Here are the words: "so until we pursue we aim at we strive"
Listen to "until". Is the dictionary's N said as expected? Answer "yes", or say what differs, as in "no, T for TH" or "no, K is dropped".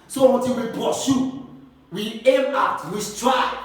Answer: no, N is dropped